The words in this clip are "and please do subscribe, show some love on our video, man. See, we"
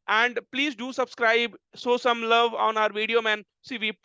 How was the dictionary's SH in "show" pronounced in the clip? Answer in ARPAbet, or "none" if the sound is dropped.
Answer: S